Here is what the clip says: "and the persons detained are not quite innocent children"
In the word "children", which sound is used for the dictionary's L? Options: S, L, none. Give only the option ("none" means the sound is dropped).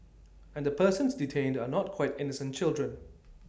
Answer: L